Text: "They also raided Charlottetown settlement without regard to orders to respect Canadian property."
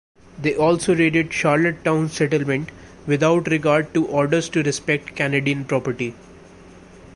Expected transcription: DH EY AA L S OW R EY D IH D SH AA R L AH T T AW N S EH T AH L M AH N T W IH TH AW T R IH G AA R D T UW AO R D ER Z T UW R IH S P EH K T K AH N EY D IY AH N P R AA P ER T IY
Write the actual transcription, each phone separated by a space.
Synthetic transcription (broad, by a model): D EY AA L S OW R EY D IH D SH AA R L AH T T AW N S EH T AH L M AH N T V IH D AW T R IH G AA R D T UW AO R D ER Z T UW R IH S P EH K T K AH N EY D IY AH N P R AA P ER T IY